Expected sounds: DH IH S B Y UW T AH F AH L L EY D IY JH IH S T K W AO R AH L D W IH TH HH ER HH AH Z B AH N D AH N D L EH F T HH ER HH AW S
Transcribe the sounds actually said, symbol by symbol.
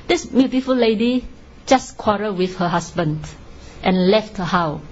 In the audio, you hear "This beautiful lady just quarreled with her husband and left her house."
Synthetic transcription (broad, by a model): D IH S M Y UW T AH F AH L L EY D IY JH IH S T K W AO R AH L W IH TH HH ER HH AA S B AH N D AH N L EH F T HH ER HH AW